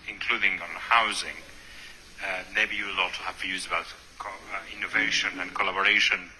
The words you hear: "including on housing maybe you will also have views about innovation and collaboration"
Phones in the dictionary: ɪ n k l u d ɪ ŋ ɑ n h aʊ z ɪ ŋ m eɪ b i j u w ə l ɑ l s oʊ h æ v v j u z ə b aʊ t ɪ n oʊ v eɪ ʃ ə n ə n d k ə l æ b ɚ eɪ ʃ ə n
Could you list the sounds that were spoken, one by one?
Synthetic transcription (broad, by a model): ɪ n k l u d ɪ ŋ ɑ n h aʊ z ɪ ŋ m eɪ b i j u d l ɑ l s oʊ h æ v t j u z ə b aʊ t ɪ n oʊ v eɪ ʃ ə n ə n k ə l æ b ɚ eɪ ʃ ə n